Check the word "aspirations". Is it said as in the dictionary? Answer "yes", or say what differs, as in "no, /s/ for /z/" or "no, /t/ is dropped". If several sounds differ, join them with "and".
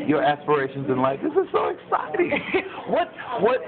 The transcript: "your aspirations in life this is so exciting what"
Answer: yes